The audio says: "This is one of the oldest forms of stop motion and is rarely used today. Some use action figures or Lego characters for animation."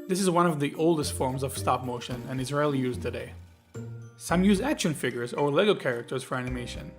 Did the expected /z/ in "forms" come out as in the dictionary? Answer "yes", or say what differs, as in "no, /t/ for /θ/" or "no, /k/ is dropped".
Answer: yes